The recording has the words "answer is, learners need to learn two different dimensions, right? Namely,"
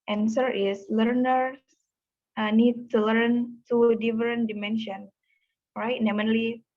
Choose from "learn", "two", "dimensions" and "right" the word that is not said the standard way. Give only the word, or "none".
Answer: dimensions